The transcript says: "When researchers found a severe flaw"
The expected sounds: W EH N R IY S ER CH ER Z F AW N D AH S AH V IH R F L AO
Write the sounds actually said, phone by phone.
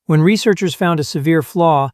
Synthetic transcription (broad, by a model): W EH N R IY S ER CH ER Z F AW N D AH S AH V IH R F L AO